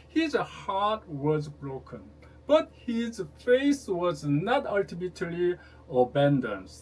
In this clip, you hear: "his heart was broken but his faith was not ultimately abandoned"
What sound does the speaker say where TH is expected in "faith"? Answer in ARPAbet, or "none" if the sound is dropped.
S